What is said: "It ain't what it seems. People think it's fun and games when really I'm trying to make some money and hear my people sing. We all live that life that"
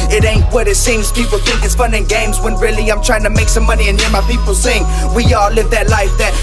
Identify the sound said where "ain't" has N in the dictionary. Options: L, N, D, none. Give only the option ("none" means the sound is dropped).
N